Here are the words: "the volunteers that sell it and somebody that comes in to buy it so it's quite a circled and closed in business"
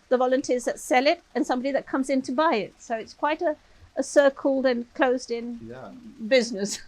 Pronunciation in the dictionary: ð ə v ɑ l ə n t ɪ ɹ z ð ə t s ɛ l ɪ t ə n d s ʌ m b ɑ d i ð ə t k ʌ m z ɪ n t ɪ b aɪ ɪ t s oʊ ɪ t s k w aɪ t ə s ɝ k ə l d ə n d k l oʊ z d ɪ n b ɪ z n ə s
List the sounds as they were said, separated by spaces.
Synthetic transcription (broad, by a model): ð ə v ɑ l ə n t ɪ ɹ z ð ə t s ɛ l ɪ t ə n s ʌ m b ɑ d i ð ə t k ʌ m z ɪ n t ɪ b aɪ ɪ t s oʊ ɪ t s k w aɪ t ə s ɝ k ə l d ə n k l oʊ z d ɪ n b ɪ z n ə s